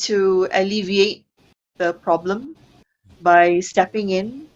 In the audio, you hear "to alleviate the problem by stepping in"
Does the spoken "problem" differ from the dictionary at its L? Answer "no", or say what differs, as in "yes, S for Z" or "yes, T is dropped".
no